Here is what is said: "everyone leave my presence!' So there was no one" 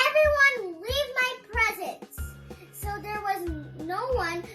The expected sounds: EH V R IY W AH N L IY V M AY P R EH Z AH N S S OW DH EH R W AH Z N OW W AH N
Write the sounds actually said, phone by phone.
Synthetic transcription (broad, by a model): EH V R IY W AH N L IY V M AY P R EH Z AH N S S OW DH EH R W AH Z N OW W AH N